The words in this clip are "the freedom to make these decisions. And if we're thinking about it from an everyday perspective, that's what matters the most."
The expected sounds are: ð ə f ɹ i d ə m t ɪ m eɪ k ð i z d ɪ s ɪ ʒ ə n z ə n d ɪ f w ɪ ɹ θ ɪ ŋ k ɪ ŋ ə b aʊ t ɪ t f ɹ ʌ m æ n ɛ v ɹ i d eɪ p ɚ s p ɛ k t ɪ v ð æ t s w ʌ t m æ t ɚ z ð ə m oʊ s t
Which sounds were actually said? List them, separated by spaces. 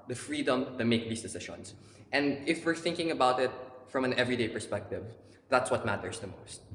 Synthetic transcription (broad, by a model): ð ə f ɹ i d ə m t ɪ m eɪ k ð i s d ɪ s ɪ ʃ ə n s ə n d ɪ f w ɪ ɹ θ ɪ ŋ k ɪ ŋ ə b aʊ t ɪ t f ɹ ʌ m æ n ɛ v ɹ i d eɪ p ɚ s p ɛ k t ɪ v ð æ t s w ʌ t m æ t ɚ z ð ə m oʊ s t